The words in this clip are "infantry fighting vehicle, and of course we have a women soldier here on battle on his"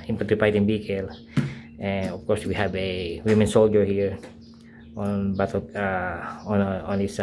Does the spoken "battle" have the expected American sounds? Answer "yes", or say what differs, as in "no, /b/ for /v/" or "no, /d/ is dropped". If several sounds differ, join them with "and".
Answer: no, /n/ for /l/